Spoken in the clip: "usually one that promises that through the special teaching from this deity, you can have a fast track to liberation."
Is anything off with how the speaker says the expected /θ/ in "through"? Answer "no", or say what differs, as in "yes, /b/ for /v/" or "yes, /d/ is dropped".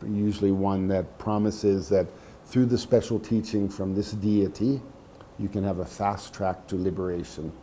no